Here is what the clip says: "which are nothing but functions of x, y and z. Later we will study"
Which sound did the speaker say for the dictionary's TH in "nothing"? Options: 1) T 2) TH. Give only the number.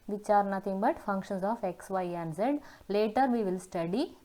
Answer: 1